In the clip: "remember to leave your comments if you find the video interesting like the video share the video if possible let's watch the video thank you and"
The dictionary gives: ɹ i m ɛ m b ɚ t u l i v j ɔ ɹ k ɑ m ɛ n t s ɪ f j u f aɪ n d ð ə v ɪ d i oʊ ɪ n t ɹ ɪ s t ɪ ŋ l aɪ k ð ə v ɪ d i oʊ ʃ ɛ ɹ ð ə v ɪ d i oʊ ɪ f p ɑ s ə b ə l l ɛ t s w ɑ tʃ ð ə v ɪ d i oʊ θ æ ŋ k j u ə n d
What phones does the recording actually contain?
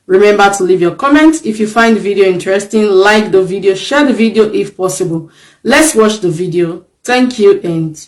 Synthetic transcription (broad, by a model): ɹ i m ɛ m b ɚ t u l i v j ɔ k ɑ m ɛ n t s ɪ f j u f aɪ n d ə v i d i oʊ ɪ n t ɹ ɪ s t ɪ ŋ l aɪ k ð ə v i d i oʊ ʃ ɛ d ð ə v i d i oʊ ɪ f p ɑ s ə b ə l l ɛ t s w ɑ tʃ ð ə v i d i oʊ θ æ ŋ k j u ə n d